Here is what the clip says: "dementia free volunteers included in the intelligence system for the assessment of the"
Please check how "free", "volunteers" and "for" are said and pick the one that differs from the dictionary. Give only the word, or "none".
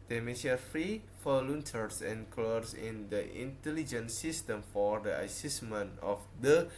volunteers